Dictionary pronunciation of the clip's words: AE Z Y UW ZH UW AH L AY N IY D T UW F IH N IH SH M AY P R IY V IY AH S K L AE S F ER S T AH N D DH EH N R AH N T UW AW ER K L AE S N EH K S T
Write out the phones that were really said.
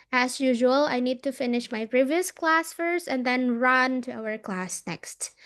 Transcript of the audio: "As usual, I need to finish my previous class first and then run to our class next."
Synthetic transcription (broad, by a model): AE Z Y UW ZH UW AH L AY N IY D T UW F IH N IH SH M AY P R IY V IY AH S K L AE S F ER S T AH N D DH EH N R AH N T UW AW ER K L AE S N EH K S T